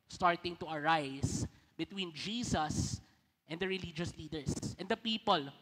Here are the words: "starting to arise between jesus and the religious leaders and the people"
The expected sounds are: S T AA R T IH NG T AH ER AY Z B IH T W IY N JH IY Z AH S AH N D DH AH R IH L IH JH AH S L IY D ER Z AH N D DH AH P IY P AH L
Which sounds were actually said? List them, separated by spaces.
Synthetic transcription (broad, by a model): S T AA R T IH NG T AH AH AY S B IH T W IY N JH IY S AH S AH N D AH R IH L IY JH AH S L IY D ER S AH N D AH P IY P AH L